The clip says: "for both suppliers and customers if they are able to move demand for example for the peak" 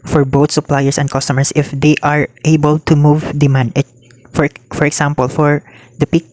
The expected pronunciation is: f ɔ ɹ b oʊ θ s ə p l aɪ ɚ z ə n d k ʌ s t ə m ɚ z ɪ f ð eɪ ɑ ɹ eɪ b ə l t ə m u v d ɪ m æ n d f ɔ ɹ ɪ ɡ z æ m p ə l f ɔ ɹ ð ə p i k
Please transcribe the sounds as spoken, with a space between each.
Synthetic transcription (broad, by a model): f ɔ ɹ b oʊ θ s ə p l aɪ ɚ s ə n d k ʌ s t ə m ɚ s ɪ f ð eɪ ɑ ɹ eɪ b ə l t ə m u v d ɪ m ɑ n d f ɔ ɹ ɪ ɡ s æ m p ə l f ɔ ɹ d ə p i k